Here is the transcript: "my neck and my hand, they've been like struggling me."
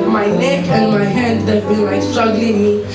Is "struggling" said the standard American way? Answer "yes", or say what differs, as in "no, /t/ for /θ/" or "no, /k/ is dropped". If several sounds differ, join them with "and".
yes